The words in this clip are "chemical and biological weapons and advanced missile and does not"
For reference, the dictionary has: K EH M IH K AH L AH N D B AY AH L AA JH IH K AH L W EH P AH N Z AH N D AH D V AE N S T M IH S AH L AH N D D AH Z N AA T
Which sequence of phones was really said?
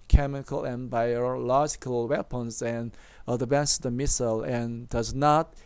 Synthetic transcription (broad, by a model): K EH M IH K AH L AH N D B AY AH L AA JH IH K AH L W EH P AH N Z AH N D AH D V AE N S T M IH S AH L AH N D D AH Z N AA T